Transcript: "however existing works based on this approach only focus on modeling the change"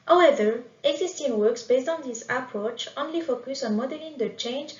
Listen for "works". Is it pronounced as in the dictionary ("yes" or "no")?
yes